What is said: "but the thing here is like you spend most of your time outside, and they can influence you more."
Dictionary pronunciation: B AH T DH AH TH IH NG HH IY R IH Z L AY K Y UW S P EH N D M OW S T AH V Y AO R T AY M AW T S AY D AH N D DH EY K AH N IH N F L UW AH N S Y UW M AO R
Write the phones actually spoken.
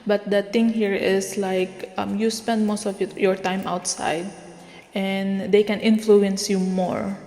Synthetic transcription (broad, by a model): B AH T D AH T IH NG HH IY R IH S L AY K Y UW S P EH N D M OW S T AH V Y AO R T AY M AW T S AY D AH N D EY K AH N IH N F L UW AH N S Y UW M AO R